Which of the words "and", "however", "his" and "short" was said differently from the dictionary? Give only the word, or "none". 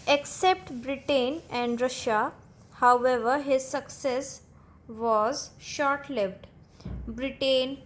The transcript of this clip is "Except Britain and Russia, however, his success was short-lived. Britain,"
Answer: none